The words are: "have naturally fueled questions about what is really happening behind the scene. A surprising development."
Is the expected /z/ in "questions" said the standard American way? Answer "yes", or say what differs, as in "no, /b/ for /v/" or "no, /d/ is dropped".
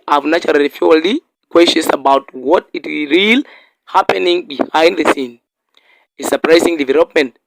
no, /s/ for /z/